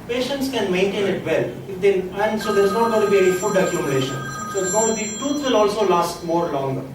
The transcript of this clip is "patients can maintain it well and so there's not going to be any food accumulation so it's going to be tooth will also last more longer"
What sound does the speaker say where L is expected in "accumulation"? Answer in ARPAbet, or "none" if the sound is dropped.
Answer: N